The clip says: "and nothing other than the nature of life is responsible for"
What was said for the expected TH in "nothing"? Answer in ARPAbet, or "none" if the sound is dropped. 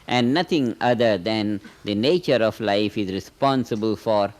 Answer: T